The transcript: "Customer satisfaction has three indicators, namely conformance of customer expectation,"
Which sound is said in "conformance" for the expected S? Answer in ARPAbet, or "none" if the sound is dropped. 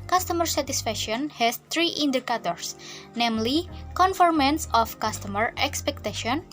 S